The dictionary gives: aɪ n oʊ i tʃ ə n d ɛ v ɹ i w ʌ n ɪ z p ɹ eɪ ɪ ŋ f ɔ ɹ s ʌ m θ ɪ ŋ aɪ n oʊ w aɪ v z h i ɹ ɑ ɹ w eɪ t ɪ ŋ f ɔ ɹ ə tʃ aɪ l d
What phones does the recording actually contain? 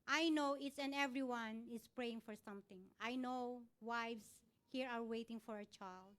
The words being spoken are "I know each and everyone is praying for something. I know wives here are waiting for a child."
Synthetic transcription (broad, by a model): aɪ n oʊ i s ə n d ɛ v ɹ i w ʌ n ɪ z p ɹ eɪ ɪ ŋ f ɔ ɹ s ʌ m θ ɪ ŋ aɪ n oʊ w aɪ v s h i ɹ ɑ ɹ w eɪ t ɪ ŋ f ɔ ɹ ə tʃ aɪ l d